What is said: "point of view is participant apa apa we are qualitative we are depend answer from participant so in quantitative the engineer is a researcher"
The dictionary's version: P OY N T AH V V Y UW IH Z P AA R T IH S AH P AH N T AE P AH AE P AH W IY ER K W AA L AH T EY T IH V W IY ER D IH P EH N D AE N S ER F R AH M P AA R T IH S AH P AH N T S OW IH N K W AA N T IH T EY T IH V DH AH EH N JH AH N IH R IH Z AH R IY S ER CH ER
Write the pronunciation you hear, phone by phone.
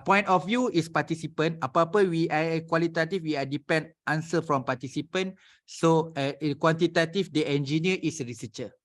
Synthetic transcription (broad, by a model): P OY N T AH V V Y UW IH S P AA T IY S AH P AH N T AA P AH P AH W IY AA K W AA L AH T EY T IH F W IY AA D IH P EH N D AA N S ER F R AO M P AA T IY S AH P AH N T S OW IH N K W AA N T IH T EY T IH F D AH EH N JH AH N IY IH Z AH R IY S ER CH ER